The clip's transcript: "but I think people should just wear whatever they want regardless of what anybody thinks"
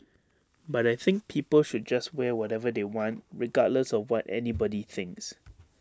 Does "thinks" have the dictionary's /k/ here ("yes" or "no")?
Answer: yes